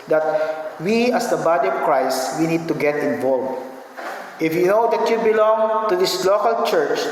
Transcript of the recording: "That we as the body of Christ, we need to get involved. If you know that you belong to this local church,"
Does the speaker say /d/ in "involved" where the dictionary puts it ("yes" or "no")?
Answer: no